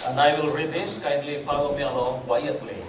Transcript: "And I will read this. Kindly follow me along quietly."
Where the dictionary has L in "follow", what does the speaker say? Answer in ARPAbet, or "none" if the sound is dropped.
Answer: W